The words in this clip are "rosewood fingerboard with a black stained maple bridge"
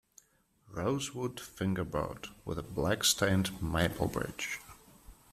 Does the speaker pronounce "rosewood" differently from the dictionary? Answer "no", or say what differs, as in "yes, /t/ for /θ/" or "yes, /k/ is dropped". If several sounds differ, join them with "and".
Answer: no